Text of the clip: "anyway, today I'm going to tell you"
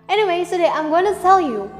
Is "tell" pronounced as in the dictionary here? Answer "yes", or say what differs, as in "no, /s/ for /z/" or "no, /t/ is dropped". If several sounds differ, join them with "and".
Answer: no, /s/ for /t/